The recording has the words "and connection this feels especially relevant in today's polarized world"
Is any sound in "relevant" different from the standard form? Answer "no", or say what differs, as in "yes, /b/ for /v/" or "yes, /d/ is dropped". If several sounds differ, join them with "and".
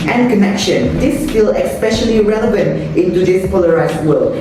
no